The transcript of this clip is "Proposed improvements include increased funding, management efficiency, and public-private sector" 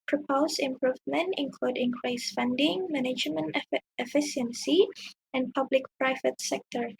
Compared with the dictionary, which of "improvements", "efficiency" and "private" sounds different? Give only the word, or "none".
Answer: improvements